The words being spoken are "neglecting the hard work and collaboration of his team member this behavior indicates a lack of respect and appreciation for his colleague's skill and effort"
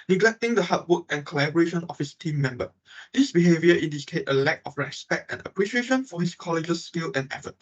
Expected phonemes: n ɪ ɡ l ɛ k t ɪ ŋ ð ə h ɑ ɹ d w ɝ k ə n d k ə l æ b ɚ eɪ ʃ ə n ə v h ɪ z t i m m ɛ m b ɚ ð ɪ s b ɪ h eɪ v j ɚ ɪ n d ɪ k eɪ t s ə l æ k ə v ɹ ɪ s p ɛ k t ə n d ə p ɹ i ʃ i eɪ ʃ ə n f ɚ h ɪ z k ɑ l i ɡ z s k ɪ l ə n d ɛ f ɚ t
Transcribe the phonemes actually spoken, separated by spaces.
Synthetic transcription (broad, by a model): n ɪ ɡ l ɛ k t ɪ ŋ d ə h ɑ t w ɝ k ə n k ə l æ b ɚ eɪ ʃ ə n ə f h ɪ s t i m m ɛ m b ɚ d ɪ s b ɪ h eɪ v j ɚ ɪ n d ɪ k eɪ t ə l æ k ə f ɹ ɪ s p ɛ k t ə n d ə p ɹ i ʃ i eɪ ʃ ə n f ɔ h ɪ s k ɑ l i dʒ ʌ s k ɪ l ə n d ɛ f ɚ t